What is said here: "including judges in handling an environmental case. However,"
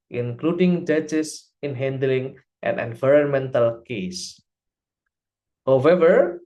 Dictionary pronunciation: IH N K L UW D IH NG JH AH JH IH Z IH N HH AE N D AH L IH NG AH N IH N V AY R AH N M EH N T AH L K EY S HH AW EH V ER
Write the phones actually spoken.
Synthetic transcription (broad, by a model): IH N K L UW D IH NG JH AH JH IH S IH N HH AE N D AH L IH NG AH N IH N V AY R AH N M EH N T AH L K EY S HH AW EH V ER